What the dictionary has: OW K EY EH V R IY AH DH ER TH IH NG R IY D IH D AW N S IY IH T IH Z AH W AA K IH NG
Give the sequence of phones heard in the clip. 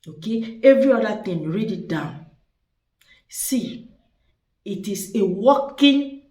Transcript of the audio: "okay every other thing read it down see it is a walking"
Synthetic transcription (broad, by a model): OW K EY EH V R IY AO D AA T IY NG R IY D IH D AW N S IY IH T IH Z AH W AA K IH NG